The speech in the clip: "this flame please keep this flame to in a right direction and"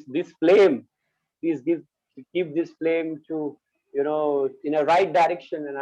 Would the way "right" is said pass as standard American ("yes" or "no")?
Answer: yes